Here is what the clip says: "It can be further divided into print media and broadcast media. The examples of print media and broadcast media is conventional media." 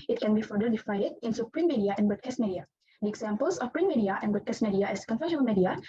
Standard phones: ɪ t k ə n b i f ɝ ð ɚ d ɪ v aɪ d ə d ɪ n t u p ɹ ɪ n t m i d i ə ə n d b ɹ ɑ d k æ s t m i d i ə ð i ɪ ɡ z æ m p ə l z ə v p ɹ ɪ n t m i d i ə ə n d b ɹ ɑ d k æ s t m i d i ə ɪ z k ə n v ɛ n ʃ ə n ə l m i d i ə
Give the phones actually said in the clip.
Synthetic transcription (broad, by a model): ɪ t k ə n b i f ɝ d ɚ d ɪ f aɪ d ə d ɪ n s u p ɹ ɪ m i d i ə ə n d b ɑ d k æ s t m i d i ə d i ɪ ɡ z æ m p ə l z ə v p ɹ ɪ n m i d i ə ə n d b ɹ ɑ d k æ s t m i d i ə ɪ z k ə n f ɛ ʃ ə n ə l m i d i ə